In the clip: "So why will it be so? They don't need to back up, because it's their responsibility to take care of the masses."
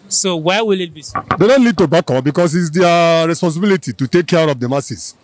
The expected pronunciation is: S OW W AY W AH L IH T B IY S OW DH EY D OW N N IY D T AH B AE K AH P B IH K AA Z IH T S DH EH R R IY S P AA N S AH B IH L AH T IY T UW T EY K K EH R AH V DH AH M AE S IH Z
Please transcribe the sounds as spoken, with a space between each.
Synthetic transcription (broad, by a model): S OW W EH W AH L IH T B IY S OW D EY D OW N L IY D T AH B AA K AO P B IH K AA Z IH T S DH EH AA R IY S P AA N S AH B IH L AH T IY T UW T EY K K EH R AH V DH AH M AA S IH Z